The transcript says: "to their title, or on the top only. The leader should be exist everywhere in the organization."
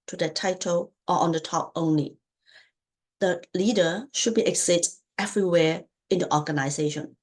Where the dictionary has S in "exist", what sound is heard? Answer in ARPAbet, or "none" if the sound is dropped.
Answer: none